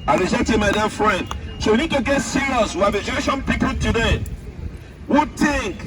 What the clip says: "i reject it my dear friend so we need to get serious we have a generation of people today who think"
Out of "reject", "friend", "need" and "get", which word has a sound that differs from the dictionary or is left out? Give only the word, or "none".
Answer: reject